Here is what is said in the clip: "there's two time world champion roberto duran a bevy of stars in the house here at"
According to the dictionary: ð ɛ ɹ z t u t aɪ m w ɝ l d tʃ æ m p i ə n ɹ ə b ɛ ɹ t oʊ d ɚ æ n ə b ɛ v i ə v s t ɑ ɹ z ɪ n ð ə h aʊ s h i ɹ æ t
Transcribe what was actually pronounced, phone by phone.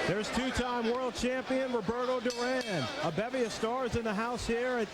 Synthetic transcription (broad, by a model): ð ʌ ɹ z t u t aɪ m w ɝ l d tʃ æ m p i ə n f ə b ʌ ɹ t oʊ d ɚ æ n ə b ɛ v i ə v s t ɑ ɹ z ɪ n ð ə h aʊ s h i ɹ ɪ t